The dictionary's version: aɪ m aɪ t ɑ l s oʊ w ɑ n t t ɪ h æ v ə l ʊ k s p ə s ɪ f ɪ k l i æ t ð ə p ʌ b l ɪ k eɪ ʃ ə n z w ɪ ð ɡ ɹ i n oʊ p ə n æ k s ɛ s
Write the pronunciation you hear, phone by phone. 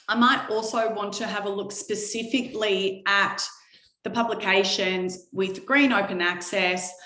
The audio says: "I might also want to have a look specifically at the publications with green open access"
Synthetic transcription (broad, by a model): aɪ m aɪ t ɑ l s oʊ w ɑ n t t ɪ v ə l ʊ k s p ə s ɪ f ɪ k l i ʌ t ð ə p ʌ b l ɪ k eɪ ʃ ə n z w ɪ ð ɡ ɹ i n oʊ p ə n æ k s ɛ s